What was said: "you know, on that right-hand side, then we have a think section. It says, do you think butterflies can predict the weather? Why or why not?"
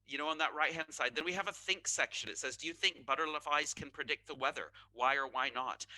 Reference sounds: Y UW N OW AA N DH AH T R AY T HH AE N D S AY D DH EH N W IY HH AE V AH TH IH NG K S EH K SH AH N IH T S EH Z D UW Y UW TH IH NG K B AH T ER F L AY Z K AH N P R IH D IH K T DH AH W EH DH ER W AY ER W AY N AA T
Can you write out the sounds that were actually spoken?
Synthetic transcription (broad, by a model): Y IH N OW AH N DH AH T R AY T HH AE N D S AY D DH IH N W IY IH V AH TH IH NG K S EH K SH AH N IH T S EH Z D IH Y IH TH IH NG K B AH T ER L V AY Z K AH N P R IH D IH K T DH AH W EH DH ER W AY ER W AY N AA T